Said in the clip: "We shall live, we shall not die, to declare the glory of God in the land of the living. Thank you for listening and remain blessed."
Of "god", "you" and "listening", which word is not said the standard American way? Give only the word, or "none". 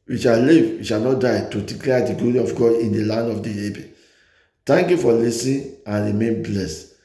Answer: listening